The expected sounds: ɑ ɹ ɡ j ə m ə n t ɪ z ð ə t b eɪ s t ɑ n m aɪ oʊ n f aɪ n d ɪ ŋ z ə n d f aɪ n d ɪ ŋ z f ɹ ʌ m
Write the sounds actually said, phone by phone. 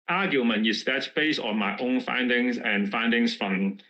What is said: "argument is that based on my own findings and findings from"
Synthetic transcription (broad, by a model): ɑ ɡ j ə m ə n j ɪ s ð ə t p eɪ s ɑ n m aɪ oʊ n f aɪ n d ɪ ŋ s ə n f aɪ n d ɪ ŋ s f ɹ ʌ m